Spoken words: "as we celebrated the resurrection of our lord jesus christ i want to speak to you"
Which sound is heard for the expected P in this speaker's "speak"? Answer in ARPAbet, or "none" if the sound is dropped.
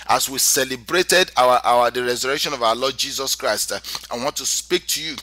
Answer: P